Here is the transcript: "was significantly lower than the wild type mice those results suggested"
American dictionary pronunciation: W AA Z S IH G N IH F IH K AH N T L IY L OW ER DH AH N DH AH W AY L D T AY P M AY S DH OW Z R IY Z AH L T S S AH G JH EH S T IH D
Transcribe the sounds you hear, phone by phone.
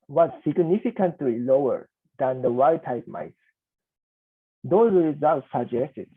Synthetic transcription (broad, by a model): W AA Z S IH G N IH F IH K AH N T L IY L OW ER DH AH N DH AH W AY D T AY P M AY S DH OW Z R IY Z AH L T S S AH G JH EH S T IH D